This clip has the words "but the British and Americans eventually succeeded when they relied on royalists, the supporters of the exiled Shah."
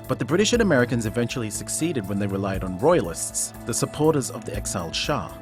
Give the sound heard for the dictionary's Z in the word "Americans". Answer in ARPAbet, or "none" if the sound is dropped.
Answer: Z